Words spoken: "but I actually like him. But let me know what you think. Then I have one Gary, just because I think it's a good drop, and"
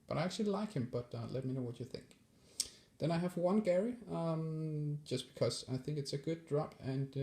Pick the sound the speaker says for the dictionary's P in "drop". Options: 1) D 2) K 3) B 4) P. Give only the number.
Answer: 4